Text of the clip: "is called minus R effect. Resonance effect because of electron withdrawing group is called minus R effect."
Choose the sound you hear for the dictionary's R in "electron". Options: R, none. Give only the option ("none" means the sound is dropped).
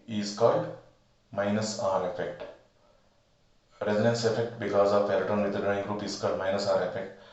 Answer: none